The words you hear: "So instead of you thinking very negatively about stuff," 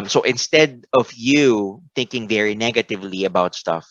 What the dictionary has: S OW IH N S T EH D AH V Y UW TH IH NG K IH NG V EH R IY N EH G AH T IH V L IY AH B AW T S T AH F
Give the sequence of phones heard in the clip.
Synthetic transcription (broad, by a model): S OW IH N S T EH D AH V Y UW TH IH NG K IH NG V EH R IY N EH G AH T IH V L IY AH B AW T S T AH F